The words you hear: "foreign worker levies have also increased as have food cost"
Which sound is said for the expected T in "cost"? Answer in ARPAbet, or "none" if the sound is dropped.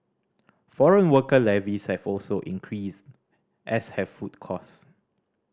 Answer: none